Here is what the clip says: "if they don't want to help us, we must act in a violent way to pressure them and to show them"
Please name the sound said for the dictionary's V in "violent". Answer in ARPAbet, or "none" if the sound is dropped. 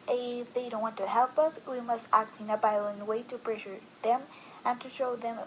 B